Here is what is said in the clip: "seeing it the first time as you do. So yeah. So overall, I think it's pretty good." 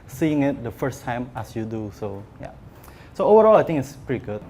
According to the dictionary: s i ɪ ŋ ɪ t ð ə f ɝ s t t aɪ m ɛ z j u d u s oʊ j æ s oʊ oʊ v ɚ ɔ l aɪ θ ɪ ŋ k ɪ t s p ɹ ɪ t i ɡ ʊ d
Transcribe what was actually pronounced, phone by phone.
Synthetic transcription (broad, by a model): s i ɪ ŋ ɪ t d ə f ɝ s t t aɪ m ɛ s j u d u s oʊ j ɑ s oʊ oʊ v ɚ ɔ l aɪ t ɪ ŋ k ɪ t s p ɹ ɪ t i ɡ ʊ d